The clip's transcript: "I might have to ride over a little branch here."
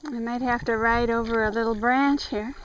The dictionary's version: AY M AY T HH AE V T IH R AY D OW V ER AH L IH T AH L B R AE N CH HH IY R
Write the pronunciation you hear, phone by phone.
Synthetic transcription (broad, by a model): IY M AY T HH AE F T IH R AY D OW V ER AH L IH T L B R AE N CH HH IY R